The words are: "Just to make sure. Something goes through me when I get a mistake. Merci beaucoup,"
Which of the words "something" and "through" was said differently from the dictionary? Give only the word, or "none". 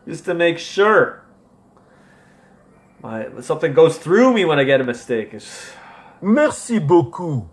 none